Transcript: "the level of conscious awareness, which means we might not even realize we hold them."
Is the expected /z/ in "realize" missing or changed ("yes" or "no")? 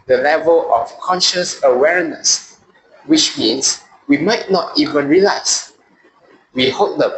yes